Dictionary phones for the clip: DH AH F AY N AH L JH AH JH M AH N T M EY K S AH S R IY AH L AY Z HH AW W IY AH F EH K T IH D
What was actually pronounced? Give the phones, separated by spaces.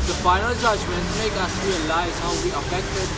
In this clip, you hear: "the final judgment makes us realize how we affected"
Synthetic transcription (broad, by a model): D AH F AY N AH L JH AH JH M AH N T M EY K AH S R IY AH L AY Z HH AW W IY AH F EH K T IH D